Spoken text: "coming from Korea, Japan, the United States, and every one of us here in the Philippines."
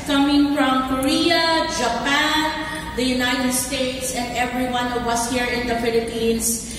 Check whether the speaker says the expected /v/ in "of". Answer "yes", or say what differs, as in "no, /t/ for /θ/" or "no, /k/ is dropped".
no, /w/ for /v/